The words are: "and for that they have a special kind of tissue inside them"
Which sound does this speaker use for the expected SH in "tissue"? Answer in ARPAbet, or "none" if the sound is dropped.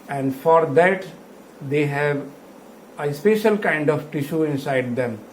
SH